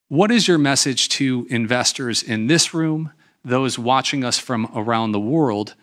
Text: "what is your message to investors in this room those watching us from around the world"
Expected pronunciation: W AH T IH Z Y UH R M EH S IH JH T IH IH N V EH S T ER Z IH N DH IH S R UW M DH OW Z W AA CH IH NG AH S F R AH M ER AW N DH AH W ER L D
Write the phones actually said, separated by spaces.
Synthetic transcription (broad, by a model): W AH T IH Z Y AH R M EH S IH JH T IH IH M V EH S T ER Z IH N DH IH S R UW M DH OW Z W AA CH IH NG AH S F R AH M ER AW N DH AH W ER L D